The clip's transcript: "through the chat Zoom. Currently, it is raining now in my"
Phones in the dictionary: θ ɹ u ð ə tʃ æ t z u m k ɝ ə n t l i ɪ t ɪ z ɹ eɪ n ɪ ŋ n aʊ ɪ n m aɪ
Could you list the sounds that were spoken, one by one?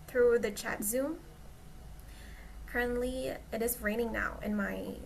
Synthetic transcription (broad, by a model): θ ɹ u ð ə tʃ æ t z u m k ɝ ə n t l i ɪ t ɪ z ɹ eɪ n ɪ ŋ n aʊ ɪ n m aɪ